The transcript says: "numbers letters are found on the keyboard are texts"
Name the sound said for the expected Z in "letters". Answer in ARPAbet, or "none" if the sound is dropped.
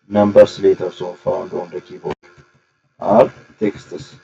S